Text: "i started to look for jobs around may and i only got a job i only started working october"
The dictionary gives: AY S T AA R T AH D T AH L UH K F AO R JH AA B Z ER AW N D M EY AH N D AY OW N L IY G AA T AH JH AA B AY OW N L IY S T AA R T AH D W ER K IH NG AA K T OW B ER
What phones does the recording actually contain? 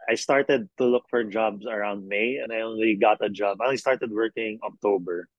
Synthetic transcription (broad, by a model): AY S T AA R T AH D T AH L UH K F AO R JH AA B S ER AW N D M EY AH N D AY OW N L IY G AA T AH JH AA B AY OW N L IY S T AA R T AH D W ER K IH NG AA K T OW B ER